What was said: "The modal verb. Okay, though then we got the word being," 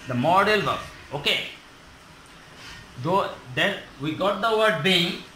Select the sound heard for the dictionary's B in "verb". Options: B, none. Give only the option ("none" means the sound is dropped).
none